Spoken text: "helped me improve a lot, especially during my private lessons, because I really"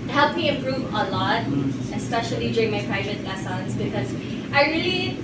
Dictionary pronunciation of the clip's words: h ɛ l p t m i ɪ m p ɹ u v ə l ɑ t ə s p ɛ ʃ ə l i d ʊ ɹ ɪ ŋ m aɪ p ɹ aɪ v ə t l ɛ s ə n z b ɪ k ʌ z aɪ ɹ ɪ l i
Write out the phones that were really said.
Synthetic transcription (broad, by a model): h ɛ l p m i ɪ m p ɹ u v ə l ɑ t ə s p ɛ ʃ ə l i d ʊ ɹ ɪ ŋ m aɪ p ɹ aɪ v ə t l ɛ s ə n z b ɪ k ʌ z aɪ ɹ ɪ l i